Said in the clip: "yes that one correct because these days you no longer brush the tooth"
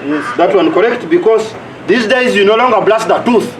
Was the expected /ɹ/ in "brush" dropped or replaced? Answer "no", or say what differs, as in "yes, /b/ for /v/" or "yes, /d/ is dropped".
yes, /l/ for /ɹ/